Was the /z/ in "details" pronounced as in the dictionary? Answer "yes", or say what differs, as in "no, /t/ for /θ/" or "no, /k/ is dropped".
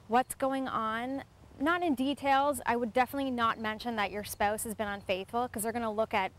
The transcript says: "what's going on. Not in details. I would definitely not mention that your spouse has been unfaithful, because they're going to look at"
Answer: yes